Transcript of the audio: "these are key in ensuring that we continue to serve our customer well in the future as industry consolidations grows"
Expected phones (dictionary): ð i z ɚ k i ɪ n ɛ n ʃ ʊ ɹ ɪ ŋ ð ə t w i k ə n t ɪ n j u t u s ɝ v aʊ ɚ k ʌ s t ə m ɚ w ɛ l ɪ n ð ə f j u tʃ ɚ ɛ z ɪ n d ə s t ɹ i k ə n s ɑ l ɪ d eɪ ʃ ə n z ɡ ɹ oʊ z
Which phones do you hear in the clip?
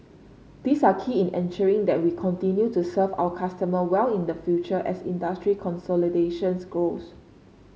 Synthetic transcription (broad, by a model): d i s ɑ k i ɪ n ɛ n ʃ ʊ ɹ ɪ ŋ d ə t w i k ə n t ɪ n j u t u s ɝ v aʊ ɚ k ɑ s t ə m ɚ w ɛ l ɪ n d ə f j u tʃ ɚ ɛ s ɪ n d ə s t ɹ i k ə n s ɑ l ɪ d eɪ ʃ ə n s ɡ oʊ s